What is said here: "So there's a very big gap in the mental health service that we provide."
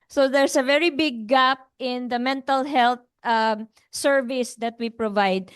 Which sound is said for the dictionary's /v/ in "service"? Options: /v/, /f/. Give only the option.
/v/